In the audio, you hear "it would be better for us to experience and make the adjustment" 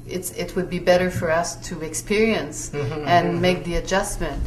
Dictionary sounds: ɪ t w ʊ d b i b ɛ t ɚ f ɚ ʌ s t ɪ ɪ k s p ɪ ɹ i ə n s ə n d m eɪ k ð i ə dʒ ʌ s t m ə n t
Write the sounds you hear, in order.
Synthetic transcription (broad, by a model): ɪ t w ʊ d b i b ɛ t ɚ f ɚ ʌ s t ɪ ɪ k s p ɪ ɹ i ə n s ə n m eɪ k ð i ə dʒ ʌ s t m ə n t